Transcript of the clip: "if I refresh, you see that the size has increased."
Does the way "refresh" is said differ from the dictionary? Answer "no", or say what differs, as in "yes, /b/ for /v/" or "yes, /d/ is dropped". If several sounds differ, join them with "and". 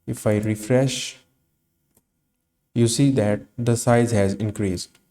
no